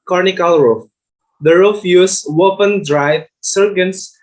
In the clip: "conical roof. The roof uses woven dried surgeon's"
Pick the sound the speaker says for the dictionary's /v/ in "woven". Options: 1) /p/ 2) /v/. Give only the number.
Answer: 1